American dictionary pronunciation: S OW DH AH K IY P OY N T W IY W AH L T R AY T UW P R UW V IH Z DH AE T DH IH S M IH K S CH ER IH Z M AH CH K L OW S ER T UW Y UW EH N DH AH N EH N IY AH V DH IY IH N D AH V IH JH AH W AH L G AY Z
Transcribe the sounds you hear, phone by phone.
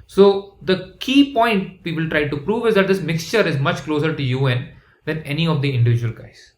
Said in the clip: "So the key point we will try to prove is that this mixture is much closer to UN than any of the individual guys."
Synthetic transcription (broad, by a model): S OW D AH K IY P OY N T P IY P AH L T R AY T UW P R UW V IH Z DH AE T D IH S M IH K S CH ER IH Z M AH CH K L OW S ER T UW Y UW EH N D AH N EH N IY AH V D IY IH N D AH V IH JH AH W AH L G AY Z